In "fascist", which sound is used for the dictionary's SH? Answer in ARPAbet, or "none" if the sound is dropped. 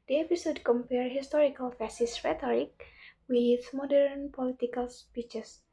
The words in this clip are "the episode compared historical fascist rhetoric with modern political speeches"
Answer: S